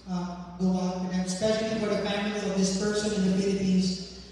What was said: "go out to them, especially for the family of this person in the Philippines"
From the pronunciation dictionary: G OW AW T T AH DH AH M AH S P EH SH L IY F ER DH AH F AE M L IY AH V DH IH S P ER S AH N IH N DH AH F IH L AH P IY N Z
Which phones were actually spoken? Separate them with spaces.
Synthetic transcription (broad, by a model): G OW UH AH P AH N AH S P EH SH L IY F ER DH AH F AE M L IY AH V DH IH S P ER S AH N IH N DH AH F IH L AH P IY N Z